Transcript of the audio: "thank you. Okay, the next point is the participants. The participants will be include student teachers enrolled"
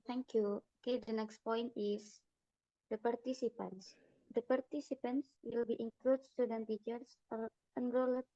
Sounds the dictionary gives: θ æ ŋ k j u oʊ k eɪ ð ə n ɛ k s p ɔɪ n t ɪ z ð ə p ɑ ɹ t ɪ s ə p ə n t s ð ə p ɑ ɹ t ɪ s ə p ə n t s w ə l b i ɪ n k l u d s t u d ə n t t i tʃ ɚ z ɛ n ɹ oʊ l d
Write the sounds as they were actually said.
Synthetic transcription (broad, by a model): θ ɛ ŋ k j u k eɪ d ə n ɛ k s p ɔɪ n t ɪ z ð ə p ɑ ɹ t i s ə p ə n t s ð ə p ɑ ɹ t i s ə p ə n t s w ə l b i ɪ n k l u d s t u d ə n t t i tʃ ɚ s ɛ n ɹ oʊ l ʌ